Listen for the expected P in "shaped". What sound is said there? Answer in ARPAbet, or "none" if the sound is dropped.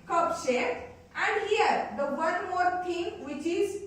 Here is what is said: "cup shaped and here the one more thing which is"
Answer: none